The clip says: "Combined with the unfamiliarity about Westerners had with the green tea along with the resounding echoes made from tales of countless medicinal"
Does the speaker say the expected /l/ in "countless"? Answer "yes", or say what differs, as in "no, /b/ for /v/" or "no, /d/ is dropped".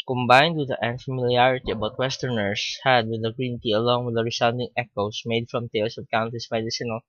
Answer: no, /l/ is dropped